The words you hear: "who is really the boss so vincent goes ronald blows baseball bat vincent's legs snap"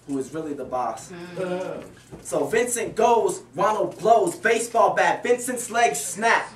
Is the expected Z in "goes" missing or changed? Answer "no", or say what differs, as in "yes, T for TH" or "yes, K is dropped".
no